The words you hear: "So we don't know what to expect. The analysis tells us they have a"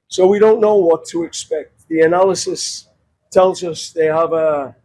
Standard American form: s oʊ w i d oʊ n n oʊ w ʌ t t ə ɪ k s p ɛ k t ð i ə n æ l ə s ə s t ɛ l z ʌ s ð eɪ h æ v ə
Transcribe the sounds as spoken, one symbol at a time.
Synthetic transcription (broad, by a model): s oʊ w i d oʊ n n oʊ w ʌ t t ə ɪ k s p ɛ k t ð i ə n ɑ l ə s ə s t ɛ l z ʌ s ð eɪ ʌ v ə